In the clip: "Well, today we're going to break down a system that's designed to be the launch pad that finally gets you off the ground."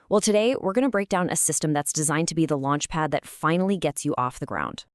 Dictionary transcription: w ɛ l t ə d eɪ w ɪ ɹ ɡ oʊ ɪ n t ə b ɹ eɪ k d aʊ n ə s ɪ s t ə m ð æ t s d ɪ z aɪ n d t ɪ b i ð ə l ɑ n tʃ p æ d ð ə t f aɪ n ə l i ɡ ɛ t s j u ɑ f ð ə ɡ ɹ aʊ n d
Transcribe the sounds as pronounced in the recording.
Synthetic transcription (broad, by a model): w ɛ l t ə d eɪ w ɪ ɹ ɡ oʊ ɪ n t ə b ɹ eɪ k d aʊ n ə s ɪ s t ə m ð æ t s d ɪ z aɪ n t ɪ b i ð ə l ɑ n tʃ p æ d ð ə t f aɪ n l i ɡ ɛ t s j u ɑ f ð ə ɡ ɹ aʊ n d